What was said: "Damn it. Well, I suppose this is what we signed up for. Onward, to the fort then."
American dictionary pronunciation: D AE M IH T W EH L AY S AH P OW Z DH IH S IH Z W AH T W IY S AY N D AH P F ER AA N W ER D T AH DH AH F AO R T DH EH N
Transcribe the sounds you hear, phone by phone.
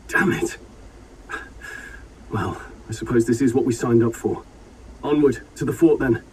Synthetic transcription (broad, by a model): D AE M IH T W EH L AY S AH P OW Z DH IH S IH Z W AH T W IY S AY N D AH P F ER AA N W ER D T AH DH AH F AO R T DH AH N